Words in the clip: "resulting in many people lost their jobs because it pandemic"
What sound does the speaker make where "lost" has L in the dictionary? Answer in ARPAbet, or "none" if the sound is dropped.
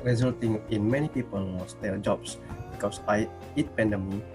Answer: W